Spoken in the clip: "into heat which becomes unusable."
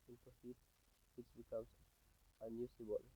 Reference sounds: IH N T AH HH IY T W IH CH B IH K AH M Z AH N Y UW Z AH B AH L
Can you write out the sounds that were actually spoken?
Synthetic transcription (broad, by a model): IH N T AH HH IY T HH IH S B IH K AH M S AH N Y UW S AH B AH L